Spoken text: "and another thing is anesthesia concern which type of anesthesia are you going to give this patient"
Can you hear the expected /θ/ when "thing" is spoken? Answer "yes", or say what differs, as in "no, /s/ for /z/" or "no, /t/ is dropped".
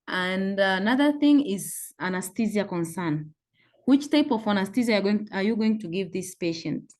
yes